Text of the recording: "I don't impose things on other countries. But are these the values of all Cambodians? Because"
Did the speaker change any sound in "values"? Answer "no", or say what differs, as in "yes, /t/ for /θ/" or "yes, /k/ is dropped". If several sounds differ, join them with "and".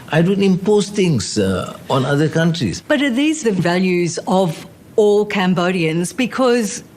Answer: no